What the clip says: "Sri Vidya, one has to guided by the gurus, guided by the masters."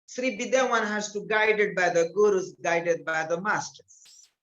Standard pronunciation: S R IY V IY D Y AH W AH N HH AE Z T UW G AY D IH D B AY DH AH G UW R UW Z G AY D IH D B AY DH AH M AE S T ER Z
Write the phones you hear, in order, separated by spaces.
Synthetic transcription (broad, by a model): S R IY B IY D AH W AH N HH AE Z T UW G AY D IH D B AY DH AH G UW R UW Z G AY D IH D B AY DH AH M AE S T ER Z